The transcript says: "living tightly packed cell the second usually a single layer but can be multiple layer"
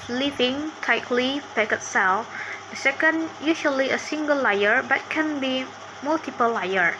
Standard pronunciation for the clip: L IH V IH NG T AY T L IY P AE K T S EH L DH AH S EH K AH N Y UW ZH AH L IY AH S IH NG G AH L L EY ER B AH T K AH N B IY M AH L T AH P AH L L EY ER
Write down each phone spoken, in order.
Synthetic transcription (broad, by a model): L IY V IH NG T AY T L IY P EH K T S EH L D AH S EH K AH N Y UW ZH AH L IY AH S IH NG G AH L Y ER B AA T K AH N B IY M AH L T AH P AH L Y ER